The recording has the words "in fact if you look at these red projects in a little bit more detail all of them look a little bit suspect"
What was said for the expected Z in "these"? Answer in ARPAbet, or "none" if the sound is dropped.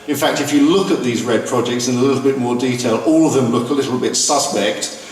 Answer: Z